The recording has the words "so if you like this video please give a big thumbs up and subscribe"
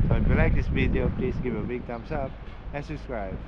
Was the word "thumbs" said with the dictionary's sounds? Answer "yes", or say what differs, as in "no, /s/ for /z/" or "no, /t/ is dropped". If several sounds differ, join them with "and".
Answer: no, /t/ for /θ/ and /s/ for /z/